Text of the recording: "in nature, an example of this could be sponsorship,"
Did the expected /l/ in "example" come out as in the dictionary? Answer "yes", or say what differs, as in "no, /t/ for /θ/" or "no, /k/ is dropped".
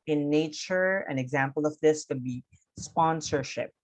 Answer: yes